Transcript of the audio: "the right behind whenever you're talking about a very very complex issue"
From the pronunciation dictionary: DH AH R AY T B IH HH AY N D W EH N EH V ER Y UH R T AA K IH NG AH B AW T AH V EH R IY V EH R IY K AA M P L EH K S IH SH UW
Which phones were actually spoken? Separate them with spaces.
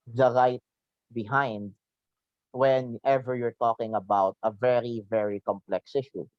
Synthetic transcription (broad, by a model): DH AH R AY T B IH HH AY N D W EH N EH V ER Y UH R T AA K IH NG AH B AW T AH V EH R IY V EH R IY K AA M P L EH K S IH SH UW